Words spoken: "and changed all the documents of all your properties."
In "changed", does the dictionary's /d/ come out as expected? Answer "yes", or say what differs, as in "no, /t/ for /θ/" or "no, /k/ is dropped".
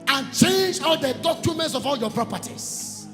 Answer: no, /d/ is dropped